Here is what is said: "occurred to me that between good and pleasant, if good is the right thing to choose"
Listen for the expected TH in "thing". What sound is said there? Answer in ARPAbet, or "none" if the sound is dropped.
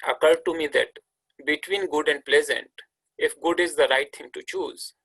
T